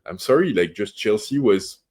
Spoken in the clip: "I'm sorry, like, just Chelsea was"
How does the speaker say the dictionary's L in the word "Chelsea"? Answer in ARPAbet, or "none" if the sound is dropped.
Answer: L